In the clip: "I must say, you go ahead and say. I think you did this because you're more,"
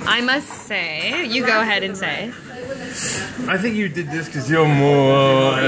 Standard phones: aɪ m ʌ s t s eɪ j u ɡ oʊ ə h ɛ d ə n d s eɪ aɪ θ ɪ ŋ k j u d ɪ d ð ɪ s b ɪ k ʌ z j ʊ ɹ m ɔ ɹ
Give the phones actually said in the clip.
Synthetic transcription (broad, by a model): aɪ m ʌ s t s eɪ j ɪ ɡ oʊ ə h ɛ d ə n s eɪ aɪ θ ɪ ŋ k j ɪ d ɪ d ð ɪ s k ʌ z j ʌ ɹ m ɔ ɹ